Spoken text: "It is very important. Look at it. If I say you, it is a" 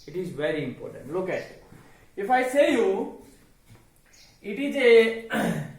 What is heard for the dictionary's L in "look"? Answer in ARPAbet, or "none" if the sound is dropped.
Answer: L